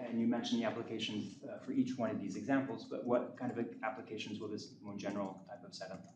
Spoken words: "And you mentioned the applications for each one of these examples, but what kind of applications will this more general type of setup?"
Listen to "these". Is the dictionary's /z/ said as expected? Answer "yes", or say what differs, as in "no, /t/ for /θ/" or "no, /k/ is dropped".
yes